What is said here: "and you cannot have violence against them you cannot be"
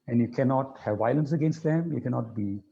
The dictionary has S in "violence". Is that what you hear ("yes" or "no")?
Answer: yes